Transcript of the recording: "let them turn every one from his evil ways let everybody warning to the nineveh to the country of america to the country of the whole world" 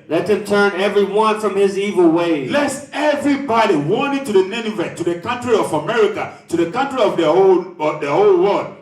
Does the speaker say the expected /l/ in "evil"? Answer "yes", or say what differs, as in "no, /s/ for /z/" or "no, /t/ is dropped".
yes